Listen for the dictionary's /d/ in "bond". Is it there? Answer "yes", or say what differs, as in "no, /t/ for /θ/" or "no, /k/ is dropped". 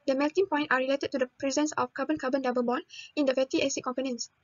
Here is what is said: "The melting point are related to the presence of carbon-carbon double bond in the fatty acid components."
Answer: no, /d/ is dropped